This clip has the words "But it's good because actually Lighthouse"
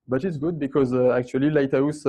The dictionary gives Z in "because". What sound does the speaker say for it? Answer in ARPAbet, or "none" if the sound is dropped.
Z